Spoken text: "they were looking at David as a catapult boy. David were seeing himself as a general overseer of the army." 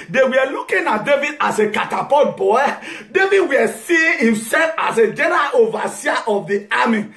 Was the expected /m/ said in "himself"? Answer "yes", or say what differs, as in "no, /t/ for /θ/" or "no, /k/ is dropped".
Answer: yes